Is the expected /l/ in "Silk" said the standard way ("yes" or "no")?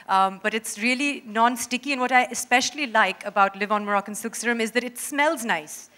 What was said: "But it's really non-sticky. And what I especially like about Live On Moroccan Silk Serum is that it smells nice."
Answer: no